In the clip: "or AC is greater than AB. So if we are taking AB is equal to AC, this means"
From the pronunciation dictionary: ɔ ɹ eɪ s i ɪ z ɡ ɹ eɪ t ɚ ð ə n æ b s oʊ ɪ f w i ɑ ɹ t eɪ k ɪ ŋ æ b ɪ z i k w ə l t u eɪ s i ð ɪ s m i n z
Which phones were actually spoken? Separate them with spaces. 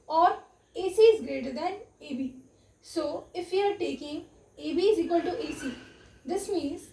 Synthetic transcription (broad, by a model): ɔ ɹ eɪ s i ɪ z ɡ ɹ eɪ t ɚ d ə n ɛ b s oʊ ɪ f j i ɑ ɹ t eɪ k ɪ ŋ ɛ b ɪ z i k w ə l t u eɪ s i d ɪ s m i n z